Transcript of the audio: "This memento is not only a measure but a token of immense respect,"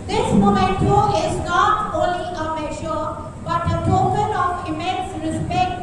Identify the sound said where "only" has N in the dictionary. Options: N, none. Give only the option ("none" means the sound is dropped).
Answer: none